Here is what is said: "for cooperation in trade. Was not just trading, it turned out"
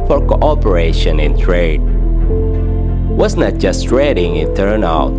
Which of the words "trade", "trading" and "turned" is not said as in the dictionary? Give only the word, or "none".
turned